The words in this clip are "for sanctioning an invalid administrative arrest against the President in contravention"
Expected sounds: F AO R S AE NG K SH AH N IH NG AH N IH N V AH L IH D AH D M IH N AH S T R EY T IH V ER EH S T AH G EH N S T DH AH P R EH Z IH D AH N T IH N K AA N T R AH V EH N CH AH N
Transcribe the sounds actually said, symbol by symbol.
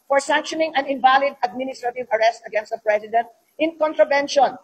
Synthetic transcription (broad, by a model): F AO R S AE NG K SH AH N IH NG AH N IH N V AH L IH D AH D M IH N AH S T R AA T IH V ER EH S T AH G EH N S T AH P R EH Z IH D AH N T IH N K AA N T R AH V EH N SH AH N